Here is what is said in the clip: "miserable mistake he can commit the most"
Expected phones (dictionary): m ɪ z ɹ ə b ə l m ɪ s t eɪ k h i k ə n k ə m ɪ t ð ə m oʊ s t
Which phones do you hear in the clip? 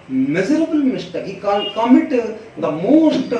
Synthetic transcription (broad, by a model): m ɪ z ɹ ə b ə l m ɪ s t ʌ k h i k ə l k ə m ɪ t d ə m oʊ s t